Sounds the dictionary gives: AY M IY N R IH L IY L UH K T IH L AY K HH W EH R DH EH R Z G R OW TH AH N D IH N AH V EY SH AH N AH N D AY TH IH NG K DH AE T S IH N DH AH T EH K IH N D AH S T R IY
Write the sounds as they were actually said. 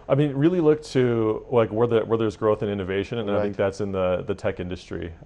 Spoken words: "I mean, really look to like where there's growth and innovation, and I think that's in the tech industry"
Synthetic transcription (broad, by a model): AY M IY N R IH L IY L UH K T IH L AY K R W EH R DH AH R Z G R OW TH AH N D IH N AH V EY SH AH N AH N AY TH IH NG K DH AE T S IH N DH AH T EH K IH N D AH S T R IY